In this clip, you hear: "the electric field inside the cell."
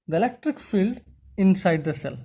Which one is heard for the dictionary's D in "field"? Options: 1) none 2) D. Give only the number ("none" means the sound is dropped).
2